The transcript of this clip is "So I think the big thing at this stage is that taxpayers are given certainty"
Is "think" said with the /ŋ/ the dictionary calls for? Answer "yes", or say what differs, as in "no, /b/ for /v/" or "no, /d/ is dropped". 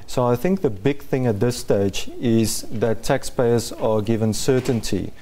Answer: yes